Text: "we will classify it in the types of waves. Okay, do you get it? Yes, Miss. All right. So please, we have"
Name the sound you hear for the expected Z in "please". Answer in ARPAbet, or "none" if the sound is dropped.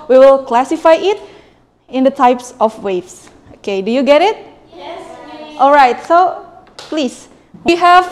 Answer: S